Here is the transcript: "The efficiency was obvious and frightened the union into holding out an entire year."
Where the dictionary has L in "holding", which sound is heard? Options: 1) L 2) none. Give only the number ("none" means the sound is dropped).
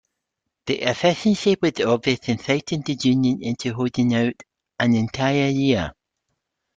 2